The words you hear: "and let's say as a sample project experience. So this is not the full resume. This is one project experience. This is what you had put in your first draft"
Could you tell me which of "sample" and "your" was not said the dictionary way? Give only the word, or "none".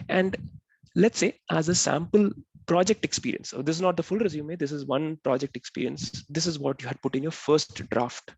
none